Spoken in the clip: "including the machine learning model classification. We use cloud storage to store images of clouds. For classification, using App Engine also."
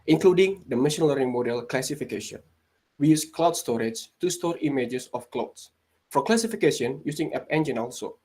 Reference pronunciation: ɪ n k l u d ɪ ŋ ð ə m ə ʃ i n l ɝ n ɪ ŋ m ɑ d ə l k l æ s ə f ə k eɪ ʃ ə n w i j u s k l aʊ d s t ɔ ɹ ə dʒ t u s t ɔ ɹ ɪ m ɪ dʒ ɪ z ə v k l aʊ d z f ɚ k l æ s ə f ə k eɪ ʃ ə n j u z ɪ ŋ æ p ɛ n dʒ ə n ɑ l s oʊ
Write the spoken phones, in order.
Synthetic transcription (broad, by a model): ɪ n k l u d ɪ ŋ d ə m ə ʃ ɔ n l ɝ ɪ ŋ m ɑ d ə l k l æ s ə f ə k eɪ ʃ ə n w i j u s k l aʊ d s t ɔ ɹ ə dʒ t u s t ɔ ɹ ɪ m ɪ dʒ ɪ s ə f k l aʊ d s f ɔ k l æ s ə f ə k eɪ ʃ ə n j u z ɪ ŋ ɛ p ɛ n dʒ ə n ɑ l s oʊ